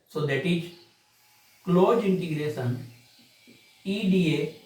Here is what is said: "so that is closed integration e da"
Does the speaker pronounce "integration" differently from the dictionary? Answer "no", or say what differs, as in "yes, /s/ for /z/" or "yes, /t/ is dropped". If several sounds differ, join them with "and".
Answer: yes, /s/ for /ʃ/